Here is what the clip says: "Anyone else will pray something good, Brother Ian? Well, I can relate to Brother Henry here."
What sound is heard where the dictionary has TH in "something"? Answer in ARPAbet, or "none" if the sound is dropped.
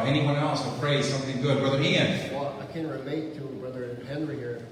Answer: TH